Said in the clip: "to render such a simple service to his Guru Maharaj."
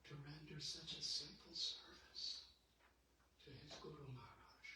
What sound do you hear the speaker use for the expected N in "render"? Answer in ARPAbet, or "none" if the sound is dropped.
N